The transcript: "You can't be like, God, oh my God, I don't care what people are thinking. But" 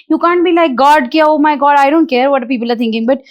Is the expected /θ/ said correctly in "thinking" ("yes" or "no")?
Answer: no